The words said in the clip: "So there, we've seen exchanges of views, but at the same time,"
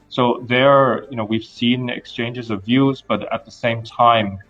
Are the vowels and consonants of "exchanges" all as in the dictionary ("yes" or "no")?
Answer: yes